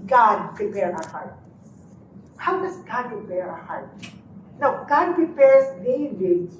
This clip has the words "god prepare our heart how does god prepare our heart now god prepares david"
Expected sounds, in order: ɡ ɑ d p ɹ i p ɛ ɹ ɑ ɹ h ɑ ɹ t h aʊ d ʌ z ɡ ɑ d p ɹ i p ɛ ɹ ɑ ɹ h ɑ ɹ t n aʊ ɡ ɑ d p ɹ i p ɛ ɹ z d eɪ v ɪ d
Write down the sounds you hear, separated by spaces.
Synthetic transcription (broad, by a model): ɡ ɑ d p ɹ i p ɛ ɹ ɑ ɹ h ɑ ɹ t h aʊ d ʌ s ɡ ɑ d p ɹ i p ɛ ɹ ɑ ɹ h ɑ ɹ t n aʊ ɡ ɑ d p ɹ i p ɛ ɹ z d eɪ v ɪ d